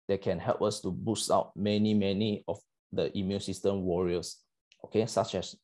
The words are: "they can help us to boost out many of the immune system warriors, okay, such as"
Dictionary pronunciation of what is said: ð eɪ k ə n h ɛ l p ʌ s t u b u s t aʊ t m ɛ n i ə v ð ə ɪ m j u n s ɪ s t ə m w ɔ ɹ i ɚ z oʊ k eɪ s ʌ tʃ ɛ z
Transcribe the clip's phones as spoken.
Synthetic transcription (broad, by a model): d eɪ k ə n h ɛ l p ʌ s t u b u s t aʊ t m ɛ n i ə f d ə ɪ m j u n s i s t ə m w ɔ ɹ i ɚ s oʊ k eɪ s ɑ tʃ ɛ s